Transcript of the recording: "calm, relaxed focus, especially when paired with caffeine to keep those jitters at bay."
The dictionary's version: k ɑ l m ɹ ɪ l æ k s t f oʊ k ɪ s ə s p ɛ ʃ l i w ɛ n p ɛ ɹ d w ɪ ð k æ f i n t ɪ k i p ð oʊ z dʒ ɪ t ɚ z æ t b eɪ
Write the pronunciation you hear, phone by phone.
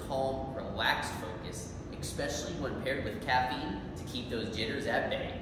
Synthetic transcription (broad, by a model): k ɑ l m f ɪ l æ k s f oʊ k ɪ s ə s p ɛ ʃ l i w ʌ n p ɛ ɹ d w ɪ ð k æ f i n t ɪ k i p ð oʊ z dʒ ɪ t ɚ z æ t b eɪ